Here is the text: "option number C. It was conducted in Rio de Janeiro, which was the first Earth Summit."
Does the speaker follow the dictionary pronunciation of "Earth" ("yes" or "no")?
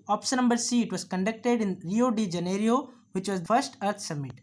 no